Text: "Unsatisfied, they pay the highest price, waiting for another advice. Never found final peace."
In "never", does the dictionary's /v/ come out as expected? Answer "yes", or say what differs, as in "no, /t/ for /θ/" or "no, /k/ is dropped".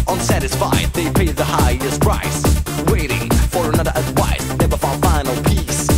no, /b/ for /v/